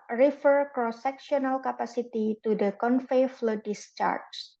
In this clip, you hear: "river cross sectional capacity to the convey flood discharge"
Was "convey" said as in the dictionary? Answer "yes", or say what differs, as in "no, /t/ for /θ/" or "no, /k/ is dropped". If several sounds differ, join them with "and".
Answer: no, /f/ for /v/